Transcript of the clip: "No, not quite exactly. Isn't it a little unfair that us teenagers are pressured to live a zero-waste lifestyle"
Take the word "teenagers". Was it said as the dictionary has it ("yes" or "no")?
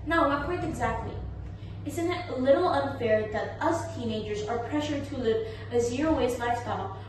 yes